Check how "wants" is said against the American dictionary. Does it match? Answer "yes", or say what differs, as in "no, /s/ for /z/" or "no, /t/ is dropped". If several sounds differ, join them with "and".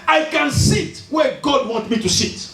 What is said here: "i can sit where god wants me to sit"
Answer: no, /s/ is dropped